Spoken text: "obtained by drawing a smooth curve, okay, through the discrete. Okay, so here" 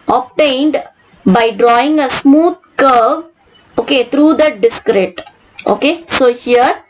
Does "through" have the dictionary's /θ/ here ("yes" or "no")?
no